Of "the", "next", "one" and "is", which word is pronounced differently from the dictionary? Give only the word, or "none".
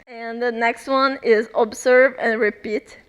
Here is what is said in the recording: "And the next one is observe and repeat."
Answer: none